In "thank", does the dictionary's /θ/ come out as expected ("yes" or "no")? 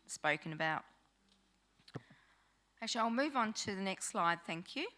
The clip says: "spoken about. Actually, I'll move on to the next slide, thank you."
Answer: yes